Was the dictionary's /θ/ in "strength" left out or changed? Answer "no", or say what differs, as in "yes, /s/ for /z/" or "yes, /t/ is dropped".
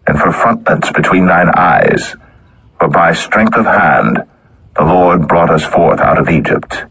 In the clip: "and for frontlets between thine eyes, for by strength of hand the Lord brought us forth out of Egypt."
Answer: no